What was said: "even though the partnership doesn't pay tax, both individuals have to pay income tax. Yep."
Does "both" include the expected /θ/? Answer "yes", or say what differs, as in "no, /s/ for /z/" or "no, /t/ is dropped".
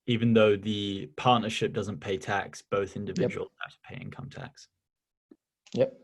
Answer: yes